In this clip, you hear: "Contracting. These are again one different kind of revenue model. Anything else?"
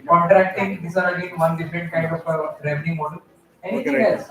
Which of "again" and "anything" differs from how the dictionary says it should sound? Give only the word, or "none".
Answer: anything